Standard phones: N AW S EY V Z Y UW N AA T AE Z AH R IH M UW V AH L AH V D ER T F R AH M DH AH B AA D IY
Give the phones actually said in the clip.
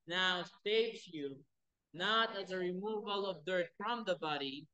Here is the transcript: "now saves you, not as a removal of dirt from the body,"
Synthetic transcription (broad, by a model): N AW S EY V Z Y UW N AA T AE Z AH R IH M UW V AH L AH V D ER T F R AH M DH AH B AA D IY